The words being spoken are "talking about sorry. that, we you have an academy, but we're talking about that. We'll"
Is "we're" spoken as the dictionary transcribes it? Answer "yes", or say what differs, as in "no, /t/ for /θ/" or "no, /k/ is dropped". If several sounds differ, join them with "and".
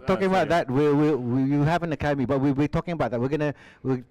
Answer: no, /w/ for /ɹ/